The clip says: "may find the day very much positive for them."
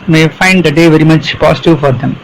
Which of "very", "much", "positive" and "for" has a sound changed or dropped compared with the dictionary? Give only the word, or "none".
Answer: positive